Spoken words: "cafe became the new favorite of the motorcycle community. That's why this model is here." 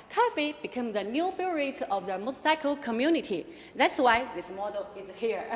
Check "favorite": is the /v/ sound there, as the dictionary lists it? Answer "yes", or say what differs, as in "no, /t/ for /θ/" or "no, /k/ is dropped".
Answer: no, /v/ is dropped